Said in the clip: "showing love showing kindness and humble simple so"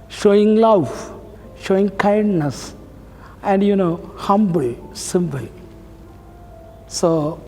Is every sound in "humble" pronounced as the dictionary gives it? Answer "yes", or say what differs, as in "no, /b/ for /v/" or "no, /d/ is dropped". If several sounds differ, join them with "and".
yes